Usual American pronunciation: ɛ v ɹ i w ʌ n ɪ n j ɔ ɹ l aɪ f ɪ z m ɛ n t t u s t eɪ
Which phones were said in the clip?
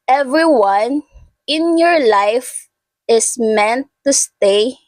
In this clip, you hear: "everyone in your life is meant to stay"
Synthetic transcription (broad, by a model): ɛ v ɹ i w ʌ n ɪ n j ɔ ɹ l aɪ f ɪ s m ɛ n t t u s t eɪ